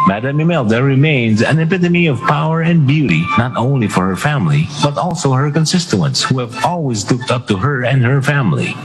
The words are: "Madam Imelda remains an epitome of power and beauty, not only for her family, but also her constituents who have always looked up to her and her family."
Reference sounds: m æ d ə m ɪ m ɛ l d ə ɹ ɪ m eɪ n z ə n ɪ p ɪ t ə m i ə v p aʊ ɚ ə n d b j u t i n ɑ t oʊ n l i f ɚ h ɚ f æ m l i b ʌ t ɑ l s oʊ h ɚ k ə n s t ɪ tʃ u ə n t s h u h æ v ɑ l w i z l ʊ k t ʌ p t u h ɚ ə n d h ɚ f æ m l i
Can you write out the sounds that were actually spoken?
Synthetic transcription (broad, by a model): m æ d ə m ɪ m ɛ l d ə ɹ ɪ m eɪ n z ə n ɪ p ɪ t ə m i ə v p aʊ ɚ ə n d b j u t i n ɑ t oʊ n l i f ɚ h ɚ f æ m l i b ʌ t ɑ l s oʊ h ɚ k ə n s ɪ s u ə n t s h u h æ v ɑ l w i z l ʊ k t ʌ p t u h ɚ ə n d h ɚ f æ m l i